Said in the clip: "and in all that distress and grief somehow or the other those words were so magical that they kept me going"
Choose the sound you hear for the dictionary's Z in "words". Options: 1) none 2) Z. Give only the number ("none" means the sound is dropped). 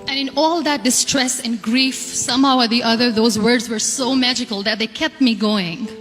2